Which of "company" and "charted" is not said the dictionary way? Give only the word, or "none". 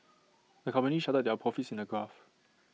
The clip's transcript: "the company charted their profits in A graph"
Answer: charted